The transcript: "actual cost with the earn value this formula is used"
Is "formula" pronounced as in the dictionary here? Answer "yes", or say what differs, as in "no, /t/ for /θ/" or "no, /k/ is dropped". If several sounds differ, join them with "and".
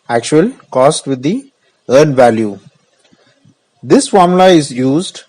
no, /l/ is dropped